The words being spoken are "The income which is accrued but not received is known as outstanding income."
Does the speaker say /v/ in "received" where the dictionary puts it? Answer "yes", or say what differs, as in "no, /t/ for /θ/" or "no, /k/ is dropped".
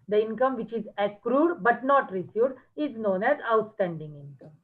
no, /v/ is dropped